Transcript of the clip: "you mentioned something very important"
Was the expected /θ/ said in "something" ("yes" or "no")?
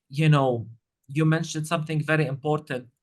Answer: yes